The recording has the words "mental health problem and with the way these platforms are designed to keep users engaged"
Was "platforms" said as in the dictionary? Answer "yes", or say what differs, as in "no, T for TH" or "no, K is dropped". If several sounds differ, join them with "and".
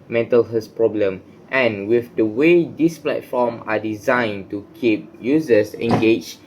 no, Z is dropped